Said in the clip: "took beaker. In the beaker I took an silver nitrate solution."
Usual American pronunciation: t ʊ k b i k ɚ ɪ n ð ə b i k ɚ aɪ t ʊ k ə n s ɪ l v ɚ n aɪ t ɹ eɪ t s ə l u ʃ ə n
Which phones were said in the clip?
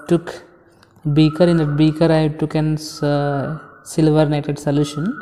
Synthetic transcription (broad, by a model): t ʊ k b i k ɚ ɪ n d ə b i k ɚ aɪ t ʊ k ə n s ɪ l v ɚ n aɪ t eɪ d s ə l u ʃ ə n